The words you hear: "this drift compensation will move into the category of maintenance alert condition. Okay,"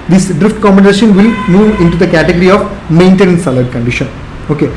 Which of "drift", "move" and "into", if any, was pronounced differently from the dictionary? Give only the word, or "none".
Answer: none